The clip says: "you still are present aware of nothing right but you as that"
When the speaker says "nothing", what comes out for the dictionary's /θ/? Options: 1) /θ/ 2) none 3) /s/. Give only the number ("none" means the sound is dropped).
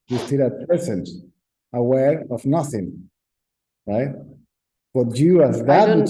1